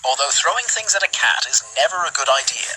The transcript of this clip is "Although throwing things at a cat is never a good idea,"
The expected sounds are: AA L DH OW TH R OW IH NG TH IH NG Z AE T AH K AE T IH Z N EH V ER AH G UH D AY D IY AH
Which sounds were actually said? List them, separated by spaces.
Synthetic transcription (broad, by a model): AA L DH OW TH R OW IH NG TH IH NG Z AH T AH K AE T IH Z N EH V ER AH G UH D AY D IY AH